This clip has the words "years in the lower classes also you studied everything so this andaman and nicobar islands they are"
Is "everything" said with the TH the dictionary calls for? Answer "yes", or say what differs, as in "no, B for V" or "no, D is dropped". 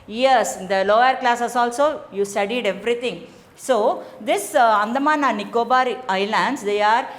no, T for TH